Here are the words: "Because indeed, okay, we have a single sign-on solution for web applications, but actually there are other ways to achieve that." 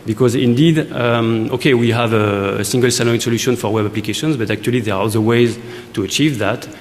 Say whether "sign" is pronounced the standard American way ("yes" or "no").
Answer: no